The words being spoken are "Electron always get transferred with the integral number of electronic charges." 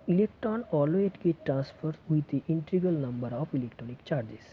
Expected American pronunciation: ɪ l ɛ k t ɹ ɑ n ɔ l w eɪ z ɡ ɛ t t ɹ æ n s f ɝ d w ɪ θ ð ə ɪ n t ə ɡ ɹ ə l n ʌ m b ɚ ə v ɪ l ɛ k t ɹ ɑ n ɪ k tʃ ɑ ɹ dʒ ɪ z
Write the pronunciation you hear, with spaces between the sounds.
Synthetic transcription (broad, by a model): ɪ l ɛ k t ɹ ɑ n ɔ l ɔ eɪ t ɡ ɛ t t ɹ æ n s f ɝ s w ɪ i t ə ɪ n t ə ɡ ə l n ʌ m b ɚ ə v ɪ l ɛ k t ɹ ɑ n ɪ k tʃ ɑ ɹ dʒ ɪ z